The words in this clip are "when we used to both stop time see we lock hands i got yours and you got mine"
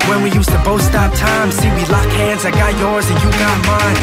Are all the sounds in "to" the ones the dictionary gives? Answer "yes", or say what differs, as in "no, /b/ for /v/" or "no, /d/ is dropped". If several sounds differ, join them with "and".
yes